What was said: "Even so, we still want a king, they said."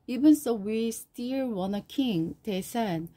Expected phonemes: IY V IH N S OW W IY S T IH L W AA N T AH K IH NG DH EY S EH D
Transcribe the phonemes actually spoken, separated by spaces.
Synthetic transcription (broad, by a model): IY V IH N S OW W IY S T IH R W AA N AH K IH NG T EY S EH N